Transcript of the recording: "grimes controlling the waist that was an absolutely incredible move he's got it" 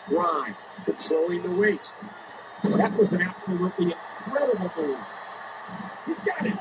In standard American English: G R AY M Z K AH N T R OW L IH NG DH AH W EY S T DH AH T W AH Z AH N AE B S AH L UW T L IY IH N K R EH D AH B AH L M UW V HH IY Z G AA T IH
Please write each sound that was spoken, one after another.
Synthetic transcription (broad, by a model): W AY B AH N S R OW IH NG DH AH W EY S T DH AH T W AH Z AH N AE B S AH L UW T L IY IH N K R EH D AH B L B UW HH IY Z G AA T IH